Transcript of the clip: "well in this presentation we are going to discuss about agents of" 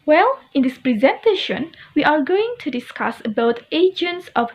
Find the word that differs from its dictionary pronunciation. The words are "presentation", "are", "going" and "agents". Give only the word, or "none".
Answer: none